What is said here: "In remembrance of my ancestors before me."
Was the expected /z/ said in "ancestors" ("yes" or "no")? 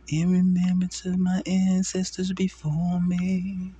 yes